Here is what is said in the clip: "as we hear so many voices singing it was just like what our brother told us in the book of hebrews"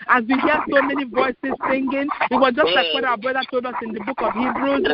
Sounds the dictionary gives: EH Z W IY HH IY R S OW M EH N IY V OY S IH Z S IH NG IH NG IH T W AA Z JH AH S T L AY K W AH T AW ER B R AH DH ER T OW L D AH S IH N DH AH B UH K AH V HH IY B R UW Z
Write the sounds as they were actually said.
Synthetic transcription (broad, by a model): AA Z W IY HH IY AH S OW M EH N IY V OY S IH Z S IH NG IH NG IH T W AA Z JH AH S T L AY K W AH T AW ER B R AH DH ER T OW L D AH S IH N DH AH B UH K AH V HH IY B R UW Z